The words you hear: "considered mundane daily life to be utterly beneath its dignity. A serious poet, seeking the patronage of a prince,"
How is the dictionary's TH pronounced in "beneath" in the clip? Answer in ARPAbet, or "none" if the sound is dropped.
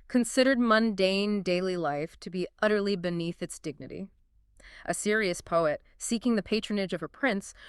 TH